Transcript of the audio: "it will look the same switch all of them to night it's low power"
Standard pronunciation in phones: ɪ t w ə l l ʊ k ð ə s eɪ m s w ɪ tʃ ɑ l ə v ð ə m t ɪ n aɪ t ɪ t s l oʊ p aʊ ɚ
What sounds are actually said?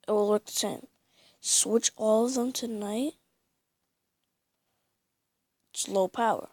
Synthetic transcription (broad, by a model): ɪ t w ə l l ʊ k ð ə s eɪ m s w ɪ tʃ ɑ l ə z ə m t ɪ n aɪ ɪ t s l oʊ p aʊ ɚ